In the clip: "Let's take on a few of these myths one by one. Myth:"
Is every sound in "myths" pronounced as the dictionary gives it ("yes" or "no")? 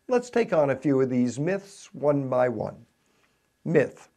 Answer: yes